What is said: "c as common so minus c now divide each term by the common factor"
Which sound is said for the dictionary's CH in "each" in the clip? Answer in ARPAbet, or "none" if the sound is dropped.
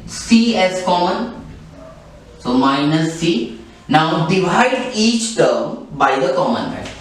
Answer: CH